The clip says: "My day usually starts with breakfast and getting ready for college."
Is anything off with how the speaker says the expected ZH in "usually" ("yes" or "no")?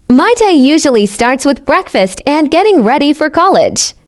no